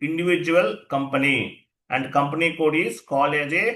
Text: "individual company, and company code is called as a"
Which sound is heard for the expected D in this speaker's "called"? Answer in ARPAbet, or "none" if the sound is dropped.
none